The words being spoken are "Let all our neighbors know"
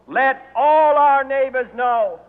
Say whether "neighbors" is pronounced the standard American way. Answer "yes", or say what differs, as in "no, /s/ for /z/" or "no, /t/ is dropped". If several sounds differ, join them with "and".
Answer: yes